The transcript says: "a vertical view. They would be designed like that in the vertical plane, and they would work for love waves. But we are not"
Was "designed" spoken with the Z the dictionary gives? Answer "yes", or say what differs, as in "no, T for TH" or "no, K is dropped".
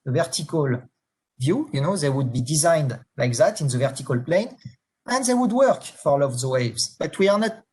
yes